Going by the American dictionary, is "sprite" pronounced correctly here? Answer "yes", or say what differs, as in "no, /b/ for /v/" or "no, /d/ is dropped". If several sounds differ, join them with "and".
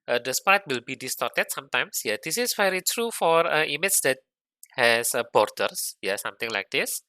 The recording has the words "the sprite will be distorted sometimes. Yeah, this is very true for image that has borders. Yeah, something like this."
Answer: no, /ɹ/ is dropped